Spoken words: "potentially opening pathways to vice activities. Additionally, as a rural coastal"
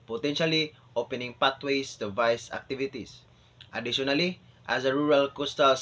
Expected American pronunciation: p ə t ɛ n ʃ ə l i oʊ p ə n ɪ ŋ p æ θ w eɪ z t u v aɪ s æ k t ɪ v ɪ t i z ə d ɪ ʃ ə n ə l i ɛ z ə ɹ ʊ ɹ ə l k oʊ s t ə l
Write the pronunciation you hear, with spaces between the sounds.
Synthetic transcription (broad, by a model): p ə t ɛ n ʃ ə l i oʊ p ə n ɪ ŋ p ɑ t w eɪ s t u v aɪ s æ k t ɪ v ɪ t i s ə d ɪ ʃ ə n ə l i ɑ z ə ɹ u ɹ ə l k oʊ s t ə l